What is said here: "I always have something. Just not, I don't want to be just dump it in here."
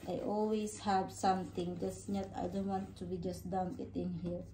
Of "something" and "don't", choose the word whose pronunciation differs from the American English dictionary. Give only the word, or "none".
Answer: something